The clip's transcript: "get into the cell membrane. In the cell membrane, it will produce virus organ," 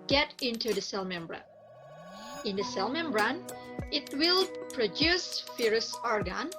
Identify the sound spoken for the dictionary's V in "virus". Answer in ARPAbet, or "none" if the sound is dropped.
F